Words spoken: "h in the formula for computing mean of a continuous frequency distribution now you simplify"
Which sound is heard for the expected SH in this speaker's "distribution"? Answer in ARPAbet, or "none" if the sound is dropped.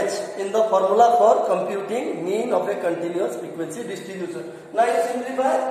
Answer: S